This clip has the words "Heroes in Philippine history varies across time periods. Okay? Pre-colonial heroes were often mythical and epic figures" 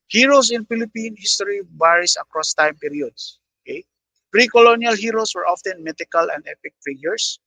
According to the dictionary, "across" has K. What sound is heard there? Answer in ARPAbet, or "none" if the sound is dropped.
K